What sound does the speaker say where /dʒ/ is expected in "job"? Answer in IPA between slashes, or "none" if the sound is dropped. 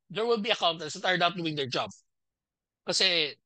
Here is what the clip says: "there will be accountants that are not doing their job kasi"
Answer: /dʒ/